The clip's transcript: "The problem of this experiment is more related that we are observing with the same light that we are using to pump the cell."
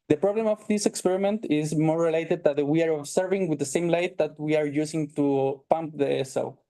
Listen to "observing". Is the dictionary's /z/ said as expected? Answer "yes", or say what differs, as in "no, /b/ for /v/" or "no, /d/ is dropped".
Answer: no, /s/ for /z/